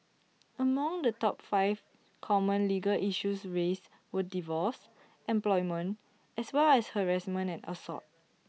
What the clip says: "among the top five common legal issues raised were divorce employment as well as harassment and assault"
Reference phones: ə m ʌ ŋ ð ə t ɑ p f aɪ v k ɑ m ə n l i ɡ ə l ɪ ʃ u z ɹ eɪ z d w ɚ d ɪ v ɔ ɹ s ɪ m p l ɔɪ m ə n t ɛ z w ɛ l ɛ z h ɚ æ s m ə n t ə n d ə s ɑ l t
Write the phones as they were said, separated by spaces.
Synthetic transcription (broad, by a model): ə m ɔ ŋ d ə t ɑ p f aɪ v k ɑ m ə n l i ɡ ə l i ʃ u s ɹ eɪ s w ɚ d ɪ v ɔ s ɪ m p l ɔɪ m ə n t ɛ s w ɛ l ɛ s h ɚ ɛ s m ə n ə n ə s ɑ t